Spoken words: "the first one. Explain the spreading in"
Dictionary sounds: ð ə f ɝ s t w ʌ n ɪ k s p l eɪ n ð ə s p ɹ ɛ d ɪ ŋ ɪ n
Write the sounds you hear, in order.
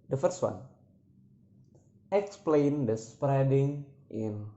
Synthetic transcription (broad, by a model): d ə f ɝ s t w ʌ n ɪ k s p l eɪ n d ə s p ɹ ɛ d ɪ ŋ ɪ n